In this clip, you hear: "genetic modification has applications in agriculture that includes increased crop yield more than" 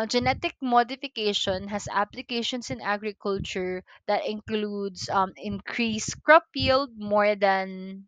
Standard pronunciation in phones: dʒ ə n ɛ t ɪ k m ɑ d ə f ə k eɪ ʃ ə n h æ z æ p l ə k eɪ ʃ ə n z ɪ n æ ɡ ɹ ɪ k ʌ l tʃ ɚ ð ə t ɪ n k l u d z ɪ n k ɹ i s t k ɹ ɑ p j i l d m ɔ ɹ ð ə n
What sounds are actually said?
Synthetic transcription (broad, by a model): dʒ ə n ɛ t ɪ k m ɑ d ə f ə k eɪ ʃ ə n h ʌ s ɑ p l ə k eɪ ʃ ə n s ɪ n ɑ ɡ ɹ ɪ k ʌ l tʃ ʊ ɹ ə t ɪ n k l u d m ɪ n k ɹ i s k ɹ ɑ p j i l d m ɔ ɹ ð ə n